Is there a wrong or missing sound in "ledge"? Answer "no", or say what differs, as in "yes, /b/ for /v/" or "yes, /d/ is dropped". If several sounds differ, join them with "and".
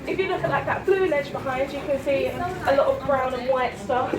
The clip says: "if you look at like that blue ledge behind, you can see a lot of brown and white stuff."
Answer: yes, /n/ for /l/